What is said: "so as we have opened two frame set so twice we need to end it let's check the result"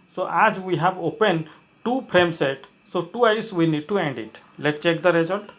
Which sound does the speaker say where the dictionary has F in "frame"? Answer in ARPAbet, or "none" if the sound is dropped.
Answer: P